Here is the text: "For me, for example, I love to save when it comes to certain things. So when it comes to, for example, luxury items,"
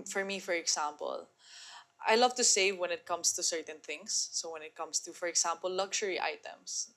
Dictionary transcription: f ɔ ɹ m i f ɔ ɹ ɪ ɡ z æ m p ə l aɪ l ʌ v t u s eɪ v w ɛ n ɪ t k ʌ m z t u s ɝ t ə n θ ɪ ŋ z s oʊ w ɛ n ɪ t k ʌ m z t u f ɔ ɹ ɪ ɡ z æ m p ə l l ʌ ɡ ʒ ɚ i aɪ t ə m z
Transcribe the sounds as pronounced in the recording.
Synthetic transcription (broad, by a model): f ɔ ɹ m i f ɔ ɹ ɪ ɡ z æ m p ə l aɪ l ʌ v t u s eɪ v w ɛ n ɪ t k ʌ m s t u s ɝ t ə n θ ɪ ŋ s oʊ w ɛ n ɪ t k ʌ m s t u f ɔ ɹ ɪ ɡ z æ m p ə l l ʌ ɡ ʃ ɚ i aɪ t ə m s